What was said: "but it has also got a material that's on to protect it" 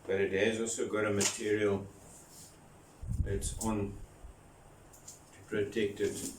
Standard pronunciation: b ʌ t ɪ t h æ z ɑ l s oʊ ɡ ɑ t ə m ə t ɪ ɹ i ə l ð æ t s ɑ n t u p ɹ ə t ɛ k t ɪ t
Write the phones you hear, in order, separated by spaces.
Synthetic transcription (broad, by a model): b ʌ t ɪ t h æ z ɑ l s oʊ ɡ ɑ t ə m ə t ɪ ɹ i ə l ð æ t s ɑ n t u p ɹ ə t ɛ k t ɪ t